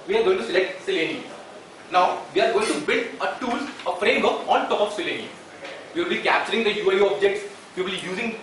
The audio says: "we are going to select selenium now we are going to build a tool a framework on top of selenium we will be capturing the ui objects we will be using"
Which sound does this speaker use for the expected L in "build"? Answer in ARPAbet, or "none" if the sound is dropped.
L